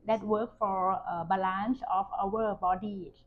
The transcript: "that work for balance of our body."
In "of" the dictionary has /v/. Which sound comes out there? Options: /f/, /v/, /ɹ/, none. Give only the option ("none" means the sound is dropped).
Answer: /f/